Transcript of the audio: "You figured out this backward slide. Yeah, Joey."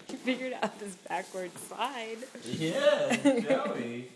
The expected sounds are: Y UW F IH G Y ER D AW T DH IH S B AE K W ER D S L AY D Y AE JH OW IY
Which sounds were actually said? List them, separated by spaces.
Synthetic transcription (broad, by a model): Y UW F IH G Y ER D AW T DH IH S B AE K W ER D S AY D Y AE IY